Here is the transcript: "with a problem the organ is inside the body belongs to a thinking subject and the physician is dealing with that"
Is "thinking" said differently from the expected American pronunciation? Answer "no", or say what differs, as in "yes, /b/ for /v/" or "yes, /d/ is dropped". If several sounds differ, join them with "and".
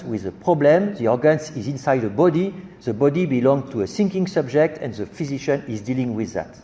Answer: yes, /s/ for /θ/